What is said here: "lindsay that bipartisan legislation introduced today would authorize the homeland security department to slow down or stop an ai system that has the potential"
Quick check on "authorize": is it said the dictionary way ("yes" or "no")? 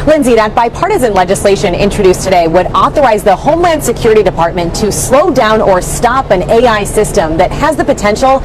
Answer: yes